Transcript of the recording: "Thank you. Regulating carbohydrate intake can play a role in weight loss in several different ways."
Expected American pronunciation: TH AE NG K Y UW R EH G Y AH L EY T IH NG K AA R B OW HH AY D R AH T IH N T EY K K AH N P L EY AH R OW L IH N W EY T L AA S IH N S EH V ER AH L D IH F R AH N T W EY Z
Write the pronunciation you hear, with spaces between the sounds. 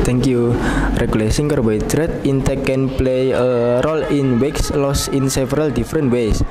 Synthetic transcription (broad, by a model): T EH NG K Y UW R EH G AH L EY S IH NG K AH R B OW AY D R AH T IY N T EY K K AH N P L EY AH R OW L IH N W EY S L AA S IH N S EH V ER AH L D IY F R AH N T W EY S